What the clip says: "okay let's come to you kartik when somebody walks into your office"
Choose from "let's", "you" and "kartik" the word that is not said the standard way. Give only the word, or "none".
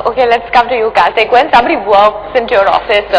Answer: kartik